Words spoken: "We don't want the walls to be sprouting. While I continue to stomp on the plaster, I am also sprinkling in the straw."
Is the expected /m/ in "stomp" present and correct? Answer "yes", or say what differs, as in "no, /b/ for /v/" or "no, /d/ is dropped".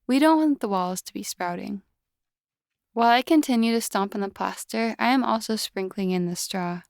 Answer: yes